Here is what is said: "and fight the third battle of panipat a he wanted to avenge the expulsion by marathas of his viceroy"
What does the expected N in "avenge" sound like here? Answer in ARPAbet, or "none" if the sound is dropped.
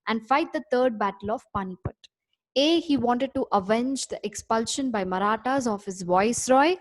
N